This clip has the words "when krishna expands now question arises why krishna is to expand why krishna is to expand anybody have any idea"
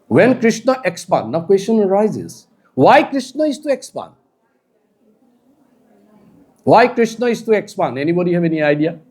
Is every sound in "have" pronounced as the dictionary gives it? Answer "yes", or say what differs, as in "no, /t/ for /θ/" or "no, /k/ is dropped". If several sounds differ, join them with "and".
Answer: no, /b/ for /v/